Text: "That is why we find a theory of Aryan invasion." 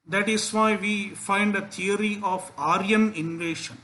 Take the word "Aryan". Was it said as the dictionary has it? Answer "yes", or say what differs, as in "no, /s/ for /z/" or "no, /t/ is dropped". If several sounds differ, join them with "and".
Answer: yes